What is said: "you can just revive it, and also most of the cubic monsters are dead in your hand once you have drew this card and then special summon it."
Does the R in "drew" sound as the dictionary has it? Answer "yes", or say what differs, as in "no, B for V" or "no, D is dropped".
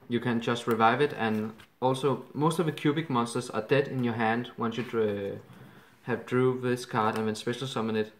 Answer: yes